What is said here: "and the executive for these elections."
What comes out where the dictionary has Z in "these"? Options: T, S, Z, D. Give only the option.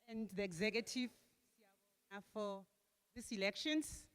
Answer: S